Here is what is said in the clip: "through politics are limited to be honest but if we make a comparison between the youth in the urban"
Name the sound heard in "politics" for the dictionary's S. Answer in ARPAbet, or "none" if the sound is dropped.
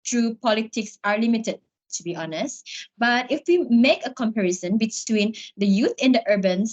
S